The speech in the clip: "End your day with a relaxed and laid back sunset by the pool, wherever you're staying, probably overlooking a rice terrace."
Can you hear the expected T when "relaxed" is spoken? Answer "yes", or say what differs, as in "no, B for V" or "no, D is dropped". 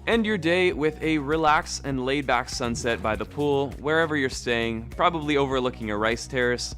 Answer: no, T is dropped